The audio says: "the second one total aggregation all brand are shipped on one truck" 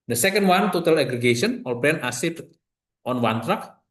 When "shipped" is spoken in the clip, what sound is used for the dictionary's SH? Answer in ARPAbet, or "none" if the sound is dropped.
S